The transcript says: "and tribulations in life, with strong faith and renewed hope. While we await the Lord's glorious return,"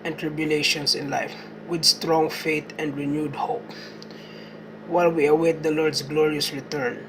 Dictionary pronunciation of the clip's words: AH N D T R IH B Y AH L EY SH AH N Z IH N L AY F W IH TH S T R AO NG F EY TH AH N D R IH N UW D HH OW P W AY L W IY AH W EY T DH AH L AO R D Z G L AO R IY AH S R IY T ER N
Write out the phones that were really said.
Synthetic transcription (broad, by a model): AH N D T R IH B Y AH L EY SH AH N S IH N L AY F W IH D S T R AO NG F EY T AH N D R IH N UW D HH OW P W AY L W IY AH W EY T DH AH L AO R D S G L AO R IY AH S R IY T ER N